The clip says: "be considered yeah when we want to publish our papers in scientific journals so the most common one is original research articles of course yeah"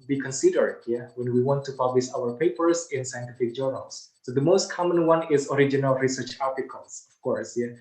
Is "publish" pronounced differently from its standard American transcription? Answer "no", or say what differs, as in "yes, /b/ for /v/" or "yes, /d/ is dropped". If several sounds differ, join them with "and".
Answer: yes, /s/ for /ʃ/